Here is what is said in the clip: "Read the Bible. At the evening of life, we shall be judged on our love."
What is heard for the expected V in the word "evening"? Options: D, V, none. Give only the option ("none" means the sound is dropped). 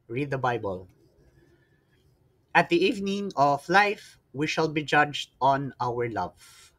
V